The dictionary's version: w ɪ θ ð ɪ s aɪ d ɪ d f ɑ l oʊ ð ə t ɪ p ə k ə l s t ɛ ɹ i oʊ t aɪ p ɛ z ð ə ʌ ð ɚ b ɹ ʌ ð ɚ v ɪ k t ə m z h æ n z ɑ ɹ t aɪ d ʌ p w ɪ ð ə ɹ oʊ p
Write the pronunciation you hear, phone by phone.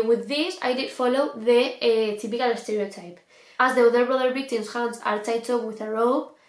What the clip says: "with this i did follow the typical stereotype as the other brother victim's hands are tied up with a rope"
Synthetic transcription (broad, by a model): w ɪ ð ɪ s aɪ d ɪ d f ɑ l oʊ ð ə t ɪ p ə k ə l s t ɛ ɹ i oʊ t aɪ p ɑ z ð ə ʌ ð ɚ b ɹ ʌ ð ɚ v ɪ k t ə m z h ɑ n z ɑ ɹ t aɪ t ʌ w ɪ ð ə ɹ oʊ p